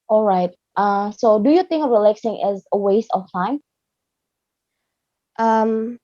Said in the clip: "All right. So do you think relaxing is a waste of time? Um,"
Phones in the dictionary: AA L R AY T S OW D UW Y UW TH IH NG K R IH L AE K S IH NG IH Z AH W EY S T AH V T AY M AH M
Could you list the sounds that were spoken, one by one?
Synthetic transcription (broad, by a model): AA L R AY T S OW D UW Y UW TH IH NG K R IH L AE K S IH NG IH Z AH W EY S T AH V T AY M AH M